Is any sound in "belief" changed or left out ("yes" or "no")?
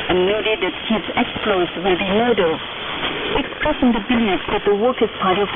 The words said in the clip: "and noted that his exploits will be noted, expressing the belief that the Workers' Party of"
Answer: yes